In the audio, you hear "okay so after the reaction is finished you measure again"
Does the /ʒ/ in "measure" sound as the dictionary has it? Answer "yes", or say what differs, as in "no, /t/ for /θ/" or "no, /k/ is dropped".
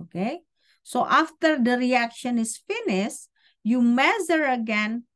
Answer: no, /z/ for /ʒ/